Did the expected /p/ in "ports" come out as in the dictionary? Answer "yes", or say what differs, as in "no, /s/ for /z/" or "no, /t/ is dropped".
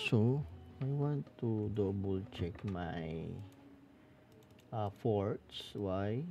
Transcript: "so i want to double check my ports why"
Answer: no, /f/ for /p/